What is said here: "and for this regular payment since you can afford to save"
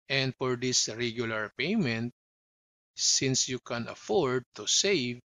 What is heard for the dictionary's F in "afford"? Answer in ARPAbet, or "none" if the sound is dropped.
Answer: F